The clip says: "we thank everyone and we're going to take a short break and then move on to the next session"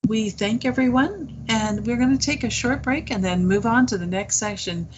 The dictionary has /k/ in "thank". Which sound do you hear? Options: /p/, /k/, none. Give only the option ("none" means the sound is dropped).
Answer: /k/